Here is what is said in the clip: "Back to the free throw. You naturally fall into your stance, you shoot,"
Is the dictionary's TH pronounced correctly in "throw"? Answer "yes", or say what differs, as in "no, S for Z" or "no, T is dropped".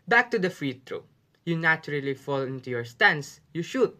no, T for TH